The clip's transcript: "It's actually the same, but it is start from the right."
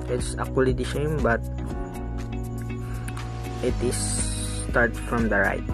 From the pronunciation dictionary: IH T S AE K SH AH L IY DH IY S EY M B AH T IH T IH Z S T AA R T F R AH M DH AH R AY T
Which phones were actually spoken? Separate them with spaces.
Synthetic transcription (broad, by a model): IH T S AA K AH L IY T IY SH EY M B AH T IH T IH S T AA R T F R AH M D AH R AY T